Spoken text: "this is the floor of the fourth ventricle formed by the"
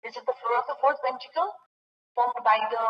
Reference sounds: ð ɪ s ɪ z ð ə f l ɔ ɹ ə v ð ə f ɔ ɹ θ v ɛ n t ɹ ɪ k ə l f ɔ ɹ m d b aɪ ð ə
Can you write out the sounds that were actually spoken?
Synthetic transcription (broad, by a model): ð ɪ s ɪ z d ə f l ɔ ɹ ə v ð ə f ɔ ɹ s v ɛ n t ɪ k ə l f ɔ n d b aɪ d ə